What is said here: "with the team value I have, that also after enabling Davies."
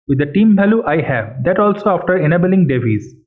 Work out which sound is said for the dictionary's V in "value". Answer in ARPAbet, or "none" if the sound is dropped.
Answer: B